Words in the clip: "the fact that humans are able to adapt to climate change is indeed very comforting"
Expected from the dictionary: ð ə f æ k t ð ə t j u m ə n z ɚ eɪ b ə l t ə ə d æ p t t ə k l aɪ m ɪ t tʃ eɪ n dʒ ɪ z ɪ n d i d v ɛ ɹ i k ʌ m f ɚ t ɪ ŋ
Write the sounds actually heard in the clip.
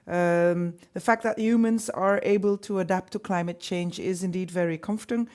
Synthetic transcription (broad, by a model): ð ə f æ k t ð ə t j u m ə n z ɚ eɪ b ə l t ə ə d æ p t t ə k l aɪ m ɪ t tʃ eɪ n dʒ ɪ z ɪ n d i d v ɛ ɹ i k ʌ m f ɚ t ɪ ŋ